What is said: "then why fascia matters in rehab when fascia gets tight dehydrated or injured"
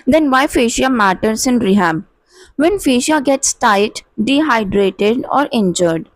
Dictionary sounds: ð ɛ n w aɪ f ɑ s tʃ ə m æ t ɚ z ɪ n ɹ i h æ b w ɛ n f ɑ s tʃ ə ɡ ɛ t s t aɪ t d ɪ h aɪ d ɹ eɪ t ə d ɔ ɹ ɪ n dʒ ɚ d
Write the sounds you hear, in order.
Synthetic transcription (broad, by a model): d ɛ n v aɪ f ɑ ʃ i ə m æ t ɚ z ɪ n ɹ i h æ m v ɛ n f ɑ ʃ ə ɡ ɛ t s t aɪ t d ɪ h aɪ d ɹ eɪ t ə d ɔ ɹ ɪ n dʒ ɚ d